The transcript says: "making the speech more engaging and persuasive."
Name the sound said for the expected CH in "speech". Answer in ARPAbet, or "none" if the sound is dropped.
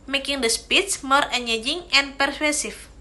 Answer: S